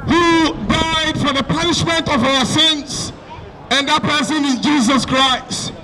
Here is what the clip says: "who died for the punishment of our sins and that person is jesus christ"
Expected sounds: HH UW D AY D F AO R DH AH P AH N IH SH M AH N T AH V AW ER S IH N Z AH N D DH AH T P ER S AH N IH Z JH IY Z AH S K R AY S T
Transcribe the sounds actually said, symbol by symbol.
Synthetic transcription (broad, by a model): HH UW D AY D F AO R DH AH P AH N IH SH M AH N T AH V AW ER S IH N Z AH N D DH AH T P ER S AH N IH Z JH IY Z AH S K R AY S T